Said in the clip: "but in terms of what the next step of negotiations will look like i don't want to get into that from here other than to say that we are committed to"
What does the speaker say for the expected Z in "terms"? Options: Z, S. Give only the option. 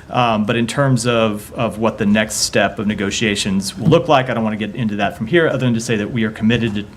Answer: Z